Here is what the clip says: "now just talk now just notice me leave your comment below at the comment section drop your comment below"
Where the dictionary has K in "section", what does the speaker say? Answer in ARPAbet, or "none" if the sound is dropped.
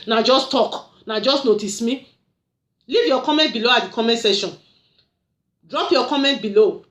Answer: none